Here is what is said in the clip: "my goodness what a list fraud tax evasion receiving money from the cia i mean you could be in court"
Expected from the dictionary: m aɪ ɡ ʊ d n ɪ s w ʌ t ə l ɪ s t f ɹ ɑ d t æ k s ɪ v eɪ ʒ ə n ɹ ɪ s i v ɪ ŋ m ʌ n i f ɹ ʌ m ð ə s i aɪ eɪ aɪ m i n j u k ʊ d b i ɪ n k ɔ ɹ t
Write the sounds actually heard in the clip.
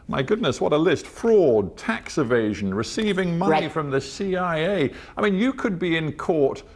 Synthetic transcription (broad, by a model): m aɪ ɡ ʊ d n ɪ s w ʌ t ə l ɪ s t f ɹ ɑ d t æ k s ɪ v eɪ ʒ ə n ɹ ɪ s i v ɪ ŋ m ʌ n i f ɹ ʌ m ð ə s i aɪ eɪ aɪ m i n j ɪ k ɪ d b i ɪ n k ɔ ɹ t